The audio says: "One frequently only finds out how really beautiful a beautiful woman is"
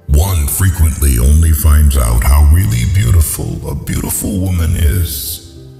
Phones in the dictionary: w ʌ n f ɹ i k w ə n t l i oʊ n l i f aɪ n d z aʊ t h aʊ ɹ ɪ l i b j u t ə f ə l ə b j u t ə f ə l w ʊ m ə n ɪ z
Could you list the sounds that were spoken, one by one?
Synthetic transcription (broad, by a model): w ʌ n f ɹ i k w ə n t l i oʊ n l i f aɪ n d z aʊ t h aʊ ɹ ɪ l i b j u t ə f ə l ə b j u t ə f l w ʊ m ə n ɪ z